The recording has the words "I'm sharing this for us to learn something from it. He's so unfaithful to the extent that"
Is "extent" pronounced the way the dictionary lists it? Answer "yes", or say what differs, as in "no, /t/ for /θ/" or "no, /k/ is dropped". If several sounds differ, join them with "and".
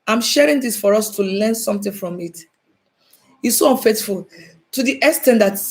no, /k/ is dropped